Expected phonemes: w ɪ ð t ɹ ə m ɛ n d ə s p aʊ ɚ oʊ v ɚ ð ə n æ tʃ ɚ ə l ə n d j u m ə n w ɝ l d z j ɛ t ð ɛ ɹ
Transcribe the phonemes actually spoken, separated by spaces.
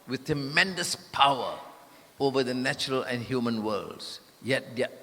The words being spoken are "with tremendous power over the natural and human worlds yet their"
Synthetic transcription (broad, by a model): w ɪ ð t ɹ ə m ɛ n d ə s p aʊ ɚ oʊ v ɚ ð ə n æ tʃ ɚ ə l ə n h j u m ə n w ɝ l d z j ɛ t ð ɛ